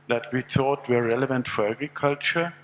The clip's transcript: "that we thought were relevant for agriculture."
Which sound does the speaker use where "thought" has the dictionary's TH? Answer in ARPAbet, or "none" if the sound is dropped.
TH